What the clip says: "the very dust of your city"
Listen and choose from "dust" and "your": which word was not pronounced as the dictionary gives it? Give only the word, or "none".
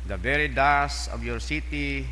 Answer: dust